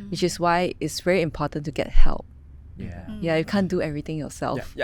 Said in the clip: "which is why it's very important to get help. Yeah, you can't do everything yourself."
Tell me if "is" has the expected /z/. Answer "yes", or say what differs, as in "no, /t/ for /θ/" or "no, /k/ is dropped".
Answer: no, /s/ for /z/